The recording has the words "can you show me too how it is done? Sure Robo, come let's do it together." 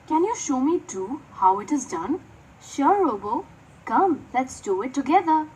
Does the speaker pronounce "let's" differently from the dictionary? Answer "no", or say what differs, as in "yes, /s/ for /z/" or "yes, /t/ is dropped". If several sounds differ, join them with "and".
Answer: no